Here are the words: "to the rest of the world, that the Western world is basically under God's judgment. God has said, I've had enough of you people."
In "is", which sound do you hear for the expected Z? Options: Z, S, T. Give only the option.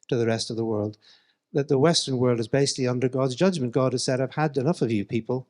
Z